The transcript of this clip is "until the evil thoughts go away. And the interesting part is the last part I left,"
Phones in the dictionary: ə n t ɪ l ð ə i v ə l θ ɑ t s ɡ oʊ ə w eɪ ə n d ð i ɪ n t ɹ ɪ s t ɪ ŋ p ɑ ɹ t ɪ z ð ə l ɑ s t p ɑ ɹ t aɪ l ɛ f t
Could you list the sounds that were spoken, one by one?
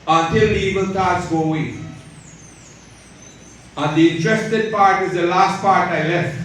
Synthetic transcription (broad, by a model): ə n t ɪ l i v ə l t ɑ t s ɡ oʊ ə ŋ ə n d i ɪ n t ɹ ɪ s t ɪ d p ɑ ɹ t ɪ z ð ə l ɑ s t p ɑ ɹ t aɪ l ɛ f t